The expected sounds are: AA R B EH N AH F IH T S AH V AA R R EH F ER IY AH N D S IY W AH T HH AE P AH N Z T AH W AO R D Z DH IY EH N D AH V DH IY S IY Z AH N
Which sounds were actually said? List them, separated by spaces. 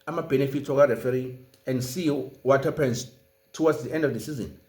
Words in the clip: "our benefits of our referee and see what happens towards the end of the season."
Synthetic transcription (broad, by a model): AA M B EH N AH F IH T AH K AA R R EH F ER IY AH N D S IY W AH T HH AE P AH N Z T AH W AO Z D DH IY EH N D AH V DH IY S IY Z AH N